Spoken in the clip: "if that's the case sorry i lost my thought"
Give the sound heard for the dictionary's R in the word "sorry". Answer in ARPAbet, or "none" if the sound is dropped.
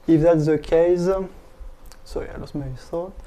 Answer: none